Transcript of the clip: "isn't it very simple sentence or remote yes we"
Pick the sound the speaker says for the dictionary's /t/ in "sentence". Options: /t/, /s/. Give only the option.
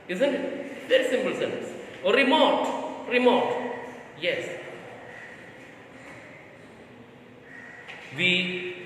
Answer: /s/